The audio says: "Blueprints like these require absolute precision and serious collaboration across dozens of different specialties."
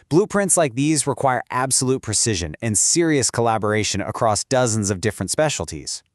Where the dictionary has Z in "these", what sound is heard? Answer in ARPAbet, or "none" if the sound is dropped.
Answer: Z